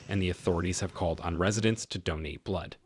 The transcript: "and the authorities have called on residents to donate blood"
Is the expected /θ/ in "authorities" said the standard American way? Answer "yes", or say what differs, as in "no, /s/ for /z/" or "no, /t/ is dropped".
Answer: yes